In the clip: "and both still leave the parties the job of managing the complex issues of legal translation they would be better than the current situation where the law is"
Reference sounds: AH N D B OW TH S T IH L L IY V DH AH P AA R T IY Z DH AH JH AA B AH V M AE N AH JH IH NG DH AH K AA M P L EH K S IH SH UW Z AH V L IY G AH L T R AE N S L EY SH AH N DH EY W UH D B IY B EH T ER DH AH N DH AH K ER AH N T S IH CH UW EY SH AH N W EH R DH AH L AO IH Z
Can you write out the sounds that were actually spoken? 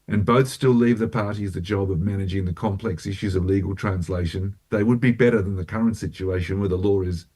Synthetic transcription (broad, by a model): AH N B OW TH S T IH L L IY V DH AH P AA R T IY Z DH AH JH AA B AH V M AE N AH JH IH NG DH AH K AA M P L EH K S IH SH UW Z AH V L IY G L T R AE N S L EY SH AH N DH EY W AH D B IY B EH T ER DH AH N DH AH K ER AH N T S IH CH UW EY SH AH N W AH R DH AH L AO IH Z